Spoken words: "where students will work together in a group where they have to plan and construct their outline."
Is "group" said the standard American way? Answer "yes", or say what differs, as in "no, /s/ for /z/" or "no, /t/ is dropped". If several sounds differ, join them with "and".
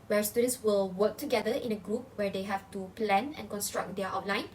yes